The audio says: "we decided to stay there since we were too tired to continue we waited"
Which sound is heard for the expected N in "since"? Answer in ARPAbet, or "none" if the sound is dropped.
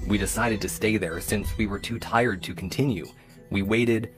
N